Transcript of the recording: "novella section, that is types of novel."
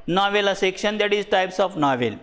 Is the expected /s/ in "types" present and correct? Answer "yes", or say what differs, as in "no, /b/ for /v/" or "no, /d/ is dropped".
yes